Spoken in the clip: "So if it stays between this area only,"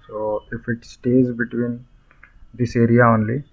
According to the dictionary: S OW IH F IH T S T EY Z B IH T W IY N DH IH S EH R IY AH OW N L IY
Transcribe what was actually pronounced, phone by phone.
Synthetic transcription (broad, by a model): S OW IH F IH T S T EY Z B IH T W IY N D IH S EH R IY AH OW N L IY